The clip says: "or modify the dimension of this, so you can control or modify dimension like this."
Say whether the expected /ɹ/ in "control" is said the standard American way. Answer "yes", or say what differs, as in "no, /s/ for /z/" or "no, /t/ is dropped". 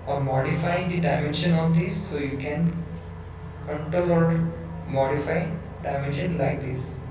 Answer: no, /ɹ/ is dropped